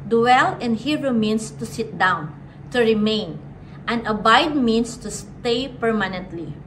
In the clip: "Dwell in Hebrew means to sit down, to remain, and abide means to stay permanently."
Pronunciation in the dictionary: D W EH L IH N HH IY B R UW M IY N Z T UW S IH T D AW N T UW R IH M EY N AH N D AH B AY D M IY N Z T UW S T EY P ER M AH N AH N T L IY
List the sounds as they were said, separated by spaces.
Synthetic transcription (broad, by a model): D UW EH L IH N HH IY R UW M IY N S T UW S IH T D AW N T UW R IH M EY N AH N D AH B AY D M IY N S T UW S T EY P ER M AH N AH N T L IY